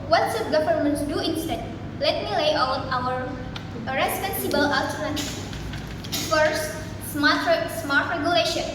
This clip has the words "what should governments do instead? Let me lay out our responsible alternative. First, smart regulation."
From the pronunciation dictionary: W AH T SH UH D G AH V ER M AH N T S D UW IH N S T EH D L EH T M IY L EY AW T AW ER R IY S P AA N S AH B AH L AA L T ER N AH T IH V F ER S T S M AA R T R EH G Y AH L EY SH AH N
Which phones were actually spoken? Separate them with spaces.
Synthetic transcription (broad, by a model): W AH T S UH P G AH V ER M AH N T D UW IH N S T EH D L EH T M IY L EY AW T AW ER R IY S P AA N S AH B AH L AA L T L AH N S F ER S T S M AA R T R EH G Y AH L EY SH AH N